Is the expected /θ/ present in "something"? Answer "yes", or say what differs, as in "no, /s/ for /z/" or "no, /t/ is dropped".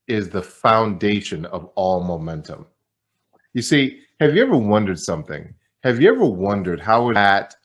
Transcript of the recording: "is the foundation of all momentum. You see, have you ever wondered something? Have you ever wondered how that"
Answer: yes